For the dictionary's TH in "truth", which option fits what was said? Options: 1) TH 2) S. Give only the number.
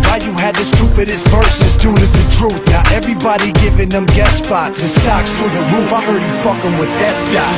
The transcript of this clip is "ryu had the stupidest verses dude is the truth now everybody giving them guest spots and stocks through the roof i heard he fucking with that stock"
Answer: 1